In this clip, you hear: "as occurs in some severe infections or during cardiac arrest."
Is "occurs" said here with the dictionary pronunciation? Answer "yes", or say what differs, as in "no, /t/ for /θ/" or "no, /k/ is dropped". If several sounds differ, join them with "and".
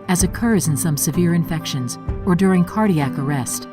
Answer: yes